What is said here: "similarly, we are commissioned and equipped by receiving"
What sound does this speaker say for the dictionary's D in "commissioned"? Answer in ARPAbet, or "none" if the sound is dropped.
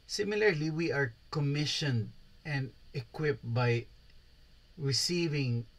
D